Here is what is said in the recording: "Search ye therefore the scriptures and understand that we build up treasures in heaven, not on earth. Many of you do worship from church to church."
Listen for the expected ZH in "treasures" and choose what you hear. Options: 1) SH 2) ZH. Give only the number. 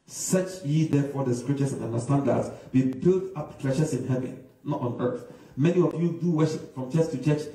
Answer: 1